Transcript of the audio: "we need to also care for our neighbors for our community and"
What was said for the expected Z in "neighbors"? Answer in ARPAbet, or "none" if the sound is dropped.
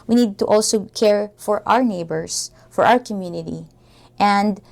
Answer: S